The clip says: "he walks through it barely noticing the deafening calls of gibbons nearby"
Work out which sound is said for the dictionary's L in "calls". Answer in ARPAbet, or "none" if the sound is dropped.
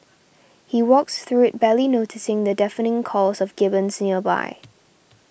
none